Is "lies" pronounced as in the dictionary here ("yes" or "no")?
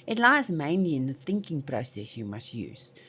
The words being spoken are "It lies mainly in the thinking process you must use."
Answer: yes